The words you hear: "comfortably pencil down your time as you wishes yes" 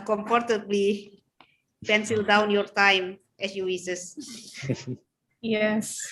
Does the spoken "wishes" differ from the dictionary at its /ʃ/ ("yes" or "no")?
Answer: yes